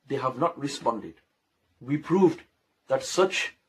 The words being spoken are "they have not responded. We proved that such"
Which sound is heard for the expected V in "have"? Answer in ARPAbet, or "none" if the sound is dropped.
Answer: V